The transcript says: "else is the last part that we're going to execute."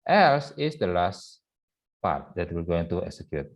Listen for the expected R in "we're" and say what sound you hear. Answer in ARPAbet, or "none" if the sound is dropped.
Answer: L